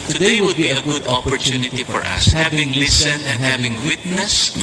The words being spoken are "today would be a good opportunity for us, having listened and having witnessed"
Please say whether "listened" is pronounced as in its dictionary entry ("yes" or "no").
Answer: no